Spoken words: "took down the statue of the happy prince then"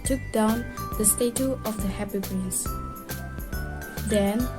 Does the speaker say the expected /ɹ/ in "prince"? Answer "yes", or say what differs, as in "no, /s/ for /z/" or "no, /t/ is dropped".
no, /ɹ/ is dropped